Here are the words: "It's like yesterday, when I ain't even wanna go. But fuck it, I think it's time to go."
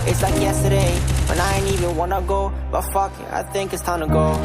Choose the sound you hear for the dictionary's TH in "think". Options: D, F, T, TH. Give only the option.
TH